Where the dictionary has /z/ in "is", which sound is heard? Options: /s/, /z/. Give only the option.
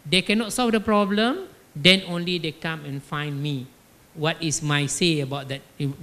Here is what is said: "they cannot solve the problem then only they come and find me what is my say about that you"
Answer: /s/